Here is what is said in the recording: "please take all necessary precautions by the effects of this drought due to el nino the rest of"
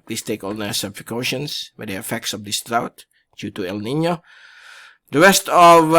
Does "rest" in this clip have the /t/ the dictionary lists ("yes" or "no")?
yes